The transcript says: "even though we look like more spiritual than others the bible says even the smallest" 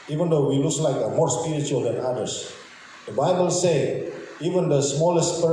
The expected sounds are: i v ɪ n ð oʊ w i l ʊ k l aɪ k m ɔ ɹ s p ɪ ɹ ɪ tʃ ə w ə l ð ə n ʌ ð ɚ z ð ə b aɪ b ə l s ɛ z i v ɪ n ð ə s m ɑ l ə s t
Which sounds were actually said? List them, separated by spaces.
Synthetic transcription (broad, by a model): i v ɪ n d oʊ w i l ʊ k l aɪ k m ɔ ɹ s p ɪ ɹ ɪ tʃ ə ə l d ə n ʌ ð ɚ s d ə b aɪ b ə l s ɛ i v ɪ n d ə s m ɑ l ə s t